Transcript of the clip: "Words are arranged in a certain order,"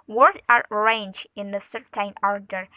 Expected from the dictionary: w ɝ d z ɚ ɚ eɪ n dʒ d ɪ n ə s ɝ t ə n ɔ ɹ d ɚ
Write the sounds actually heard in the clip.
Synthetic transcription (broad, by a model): w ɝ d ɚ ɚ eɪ n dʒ ɪ n ə s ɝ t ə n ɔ ɹ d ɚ